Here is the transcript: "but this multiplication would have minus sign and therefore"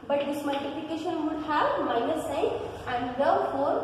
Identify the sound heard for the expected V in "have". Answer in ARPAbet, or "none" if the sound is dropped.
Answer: B